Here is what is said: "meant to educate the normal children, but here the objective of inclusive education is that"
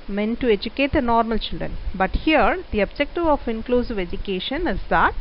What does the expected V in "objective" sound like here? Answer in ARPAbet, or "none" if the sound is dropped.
V